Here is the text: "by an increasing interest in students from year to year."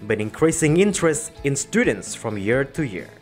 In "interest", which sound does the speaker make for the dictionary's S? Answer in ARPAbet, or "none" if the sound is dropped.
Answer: S